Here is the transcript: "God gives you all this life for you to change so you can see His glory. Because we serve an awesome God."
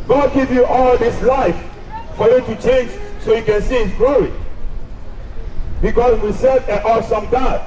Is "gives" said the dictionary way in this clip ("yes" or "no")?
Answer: no